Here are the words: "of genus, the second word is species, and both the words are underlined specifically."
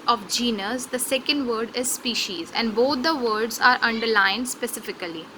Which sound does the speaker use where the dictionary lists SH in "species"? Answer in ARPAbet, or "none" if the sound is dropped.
SH